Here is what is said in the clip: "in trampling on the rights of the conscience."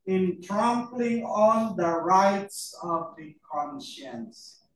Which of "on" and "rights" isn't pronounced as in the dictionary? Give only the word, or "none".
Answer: on